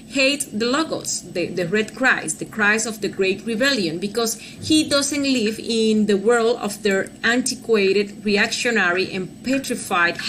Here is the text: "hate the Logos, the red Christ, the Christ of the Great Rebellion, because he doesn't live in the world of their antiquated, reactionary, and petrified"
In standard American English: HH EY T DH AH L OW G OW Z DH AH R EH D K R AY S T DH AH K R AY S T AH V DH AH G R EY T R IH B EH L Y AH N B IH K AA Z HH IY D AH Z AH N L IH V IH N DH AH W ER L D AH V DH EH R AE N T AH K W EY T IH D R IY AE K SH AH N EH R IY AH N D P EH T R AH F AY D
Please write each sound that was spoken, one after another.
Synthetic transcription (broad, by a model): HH EY T DH AH L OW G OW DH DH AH R EH D K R AY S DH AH K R AY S AH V DH AH G R EY T R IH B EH L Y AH N B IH K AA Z HH IY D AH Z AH N L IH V IH N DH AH W ER L D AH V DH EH R AE N T AH K W EY T IH D R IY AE K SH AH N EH R IY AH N P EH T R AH F AY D